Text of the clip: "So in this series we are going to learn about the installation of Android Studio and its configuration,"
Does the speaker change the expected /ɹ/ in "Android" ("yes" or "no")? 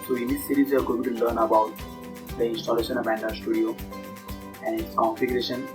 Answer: yes